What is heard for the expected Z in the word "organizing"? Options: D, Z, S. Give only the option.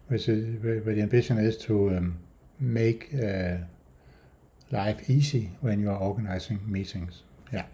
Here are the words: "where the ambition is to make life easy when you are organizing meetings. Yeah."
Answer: S